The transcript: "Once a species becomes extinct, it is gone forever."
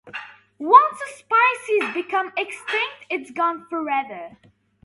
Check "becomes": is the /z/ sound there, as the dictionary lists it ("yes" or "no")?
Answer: no